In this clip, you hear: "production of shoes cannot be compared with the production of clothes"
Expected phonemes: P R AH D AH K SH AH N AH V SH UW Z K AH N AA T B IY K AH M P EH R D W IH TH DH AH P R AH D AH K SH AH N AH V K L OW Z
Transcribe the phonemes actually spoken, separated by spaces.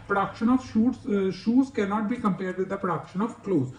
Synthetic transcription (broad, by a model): P R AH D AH K SH AH N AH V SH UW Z K AH N AA T B IY K AH M P EH R D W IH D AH P R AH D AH K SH AH N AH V K L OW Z